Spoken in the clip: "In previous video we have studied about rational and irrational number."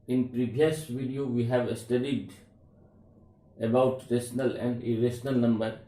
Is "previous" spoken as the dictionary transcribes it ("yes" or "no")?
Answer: no